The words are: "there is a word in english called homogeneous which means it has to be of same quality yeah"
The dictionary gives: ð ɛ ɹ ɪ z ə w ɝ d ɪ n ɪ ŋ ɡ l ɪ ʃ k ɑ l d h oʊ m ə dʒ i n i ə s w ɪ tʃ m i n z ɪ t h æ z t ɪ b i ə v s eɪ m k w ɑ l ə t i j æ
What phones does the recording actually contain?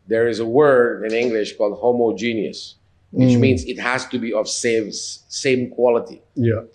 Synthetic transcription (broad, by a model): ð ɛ ɹ ɪ z ə w ɝ d ɪ n ɪ ŋ ɡ l ɪ ʃ k ɑ l d h oʊ m ə dʒ i n i ə s w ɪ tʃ m i n z ɪ t h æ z t ɪ b i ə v s eɪ m k w ɑ l ə t i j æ